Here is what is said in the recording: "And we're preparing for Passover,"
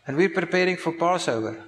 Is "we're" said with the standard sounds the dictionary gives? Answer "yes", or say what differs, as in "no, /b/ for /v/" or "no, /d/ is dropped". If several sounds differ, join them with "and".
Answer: yes